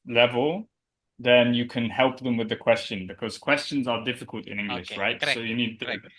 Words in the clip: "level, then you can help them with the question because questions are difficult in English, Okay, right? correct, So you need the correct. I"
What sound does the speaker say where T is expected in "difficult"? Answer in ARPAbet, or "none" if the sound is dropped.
T